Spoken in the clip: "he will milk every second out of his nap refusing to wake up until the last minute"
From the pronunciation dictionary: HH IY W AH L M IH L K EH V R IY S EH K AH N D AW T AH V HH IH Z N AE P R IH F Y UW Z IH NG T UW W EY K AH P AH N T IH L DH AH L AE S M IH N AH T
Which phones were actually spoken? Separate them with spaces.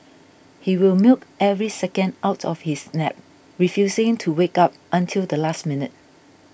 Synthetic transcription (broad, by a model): HH IY W AH L M IH L K EH V R IY S EH K AH N D AW T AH F HH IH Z N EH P R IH F Y UW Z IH NG T UW W EY K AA P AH N T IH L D AH L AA S M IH N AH T